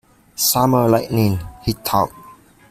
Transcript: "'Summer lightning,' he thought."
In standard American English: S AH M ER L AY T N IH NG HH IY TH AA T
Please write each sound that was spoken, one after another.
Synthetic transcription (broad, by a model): S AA M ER L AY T N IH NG HH IY T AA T